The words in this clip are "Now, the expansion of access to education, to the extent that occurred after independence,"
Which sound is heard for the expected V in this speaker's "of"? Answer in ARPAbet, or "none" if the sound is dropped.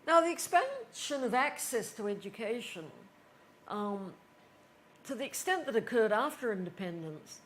V